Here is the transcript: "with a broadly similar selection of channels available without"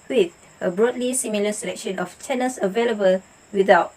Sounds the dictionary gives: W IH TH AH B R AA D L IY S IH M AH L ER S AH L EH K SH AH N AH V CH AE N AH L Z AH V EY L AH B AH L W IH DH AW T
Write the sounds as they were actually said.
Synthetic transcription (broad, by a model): W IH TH AH B R AA D L IY S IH M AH L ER S AH L EH K SH AH N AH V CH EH N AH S AH V EY L AH B AH L W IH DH AW T